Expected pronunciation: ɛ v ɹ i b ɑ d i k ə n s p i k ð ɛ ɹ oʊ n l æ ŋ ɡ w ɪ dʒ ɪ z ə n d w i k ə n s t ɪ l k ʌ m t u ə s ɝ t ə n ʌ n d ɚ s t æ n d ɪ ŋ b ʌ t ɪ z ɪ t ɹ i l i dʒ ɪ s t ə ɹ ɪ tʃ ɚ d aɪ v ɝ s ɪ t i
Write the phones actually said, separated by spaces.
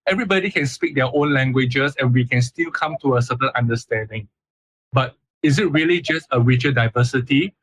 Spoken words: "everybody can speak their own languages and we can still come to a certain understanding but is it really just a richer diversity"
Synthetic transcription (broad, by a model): ɛ v ɹ i b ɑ d i k ə n s p i k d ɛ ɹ oʊ n l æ ŋ ɡ w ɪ dʒ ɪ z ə n w i k ə n s t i l k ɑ m t u ə s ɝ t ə l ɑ n d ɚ s t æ n d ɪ ŋ b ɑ t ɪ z ɪ t ɹ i l i dʒ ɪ s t ə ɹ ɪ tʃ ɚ d aɪ v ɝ s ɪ t i